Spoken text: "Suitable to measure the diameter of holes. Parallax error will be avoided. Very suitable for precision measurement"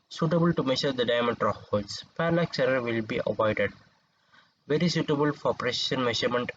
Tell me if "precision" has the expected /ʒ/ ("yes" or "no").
no